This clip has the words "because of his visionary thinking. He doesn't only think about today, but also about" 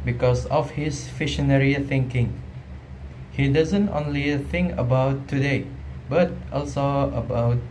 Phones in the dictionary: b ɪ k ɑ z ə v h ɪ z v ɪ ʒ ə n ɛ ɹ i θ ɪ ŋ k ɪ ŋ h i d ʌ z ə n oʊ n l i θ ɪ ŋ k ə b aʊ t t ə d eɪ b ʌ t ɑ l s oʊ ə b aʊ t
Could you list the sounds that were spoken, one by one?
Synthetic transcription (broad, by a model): b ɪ k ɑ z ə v h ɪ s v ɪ ʃ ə n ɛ ɹ i θ ɪ ŋ k ɪ ŋ h i d ʌ z ə n oʊ n l i θ ɪ ŋ k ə b aʊ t t ə d eɪ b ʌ t ɑ l s oʊ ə b aʊ t